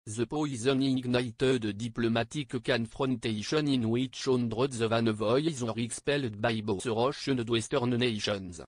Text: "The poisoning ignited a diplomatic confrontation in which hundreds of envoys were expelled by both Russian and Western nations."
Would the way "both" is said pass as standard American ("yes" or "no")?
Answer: no